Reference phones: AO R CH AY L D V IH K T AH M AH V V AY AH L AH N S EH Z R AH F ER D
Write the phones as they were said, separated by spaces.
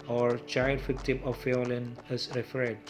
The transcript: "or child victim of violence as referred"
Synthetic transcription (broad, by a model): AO R CH AY L D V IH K T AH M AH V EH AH L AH N EH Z R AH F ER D